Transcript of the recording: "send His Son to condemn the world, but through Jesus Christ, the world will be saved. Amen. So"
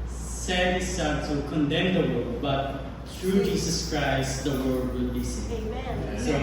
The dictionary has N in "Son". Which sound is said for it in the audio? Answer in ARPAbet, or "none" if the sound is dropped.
L